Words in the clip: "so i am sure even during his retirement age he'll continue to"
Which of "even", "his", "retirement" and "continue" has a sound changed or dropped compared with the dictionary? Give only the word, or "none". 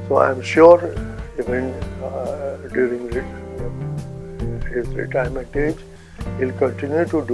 retirement